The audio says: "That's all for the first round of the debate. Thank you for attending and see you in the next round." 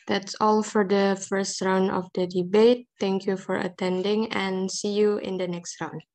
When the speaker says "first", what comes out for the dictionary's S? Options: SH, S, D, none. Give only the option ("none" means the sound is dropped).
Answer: S